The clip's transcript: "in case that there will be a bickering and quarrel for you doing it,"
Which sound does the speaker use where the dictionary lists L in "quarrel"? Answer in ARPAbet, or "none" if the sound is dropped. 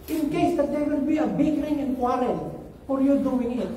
N